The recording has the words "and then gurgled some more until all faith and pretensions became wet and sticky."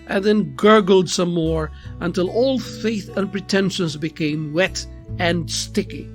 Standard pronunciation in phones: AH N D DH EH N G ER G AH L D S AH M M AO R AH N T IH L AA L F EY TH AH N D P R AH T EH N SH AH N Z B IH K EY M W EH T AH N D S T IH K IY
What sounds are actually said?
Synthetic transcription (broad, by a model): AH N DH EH N G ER G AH L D S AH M M AO R AH N T IH L AA L F EY TH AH N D P R AH T EH N SH AH N Z B IH K EY M W EH T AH N S T IH K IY